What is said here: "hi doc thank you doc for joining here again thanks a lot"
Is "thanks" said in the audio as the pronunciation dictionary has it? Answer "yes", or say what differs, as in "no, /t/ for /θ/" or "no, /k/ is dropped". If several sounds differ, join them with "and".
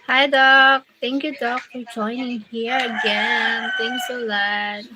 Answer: no, /t/ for /θ/